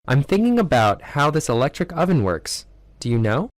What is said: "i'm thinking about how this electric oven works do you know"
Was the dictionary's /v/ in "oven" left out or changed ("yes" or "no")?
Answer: no